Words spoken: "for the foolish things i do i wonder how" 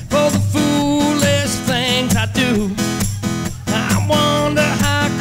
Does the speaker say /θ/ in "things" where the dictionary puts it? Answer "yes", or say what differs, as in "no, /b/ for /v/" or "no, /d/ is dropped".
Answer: yes